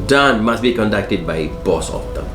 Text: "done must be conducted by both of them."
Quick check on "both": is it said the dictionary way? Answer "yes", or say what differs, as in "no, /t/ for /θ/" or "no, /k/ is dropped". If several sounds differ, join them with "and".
no, /s/ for /θ/